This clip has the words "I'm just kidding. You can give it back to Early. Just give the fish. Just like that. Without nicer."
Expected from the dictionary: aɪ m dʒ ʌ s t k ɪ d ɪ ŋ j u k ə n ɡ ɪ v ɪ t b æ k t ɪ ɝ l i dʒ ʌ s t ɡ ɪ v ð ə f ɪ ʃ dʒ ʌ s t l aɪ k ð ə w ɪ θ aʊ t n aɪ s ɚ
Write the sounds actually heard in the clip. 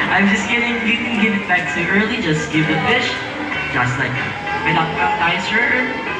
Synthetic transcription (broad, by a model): aɪ m dʒ ʌ s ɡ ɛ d ɪ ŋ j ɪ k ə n ɡ ɪ v ɪ t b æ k s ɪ ɝ l i dʒ ʌ s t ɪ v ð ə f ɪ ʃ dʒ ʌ s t l aɪ k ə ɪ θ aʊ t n aɪ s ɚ